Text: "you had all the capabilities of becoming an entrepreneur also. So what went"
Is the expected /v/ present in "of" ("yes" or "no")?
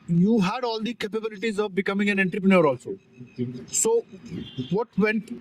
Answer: yes